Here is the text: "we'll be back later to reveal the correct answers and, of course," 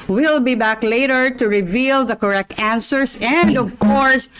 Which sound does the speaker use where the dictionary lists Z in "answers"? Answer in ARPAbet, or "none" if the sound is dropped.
S